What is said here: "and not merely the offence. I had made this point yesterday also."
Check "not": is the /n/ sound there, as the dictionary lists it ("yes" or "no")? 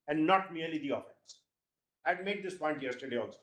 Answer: yes